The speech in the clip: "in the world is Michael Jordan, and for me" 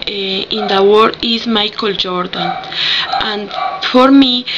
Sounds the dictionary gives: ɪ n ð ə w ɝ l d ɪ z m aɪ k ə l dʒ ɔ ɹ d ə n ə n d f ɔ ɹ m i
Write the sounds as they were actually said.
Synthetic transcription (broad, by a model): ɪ n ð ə w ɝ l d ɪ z m aɪ k ə l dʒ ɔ ɹ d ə n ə n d f ɔ ɹ m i